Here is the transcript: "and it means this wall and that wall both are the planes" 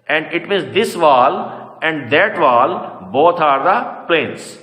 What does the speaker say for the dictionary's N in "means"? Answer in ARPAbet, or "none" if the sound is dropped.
none